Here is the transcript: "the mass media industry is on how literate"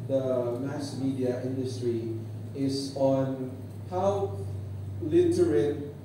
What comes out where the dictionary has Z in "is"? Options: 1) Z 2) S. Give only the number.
2